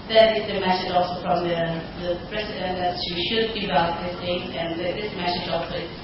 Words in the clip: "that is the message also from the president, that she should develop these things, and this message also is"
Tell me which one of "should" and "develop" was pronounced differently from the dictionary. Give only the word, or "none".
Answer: develop